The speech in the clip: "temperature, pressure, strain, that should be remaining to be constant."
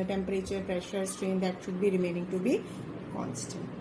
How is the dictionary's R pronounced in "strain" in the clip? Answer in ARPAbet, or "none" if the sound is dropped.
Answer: R